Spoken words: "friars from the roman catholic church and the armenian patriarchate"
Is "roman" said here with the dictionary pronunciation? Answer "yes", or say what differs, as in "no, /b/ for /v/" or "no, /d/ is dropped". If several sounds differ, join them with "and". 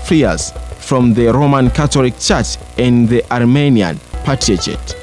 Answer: yes